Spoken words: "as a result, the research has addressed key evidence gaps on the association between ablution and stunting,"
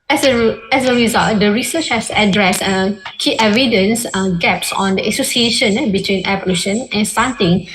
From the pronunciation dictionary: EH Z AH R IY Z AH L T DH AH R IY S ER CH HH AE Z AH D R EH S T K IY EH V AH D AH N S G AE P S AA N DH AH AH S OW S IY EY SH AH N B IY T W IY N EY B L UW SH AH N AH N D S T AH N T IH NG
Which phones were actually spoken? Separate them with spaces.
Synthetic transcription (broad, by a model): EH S AH R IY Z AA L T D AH R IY S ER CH HH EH S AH D R EH S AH K IY EH V AH D AH N S G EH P S AA N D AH AH S OW S IY EY SH AH N B IY T W IY N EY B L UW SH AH N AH N S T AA N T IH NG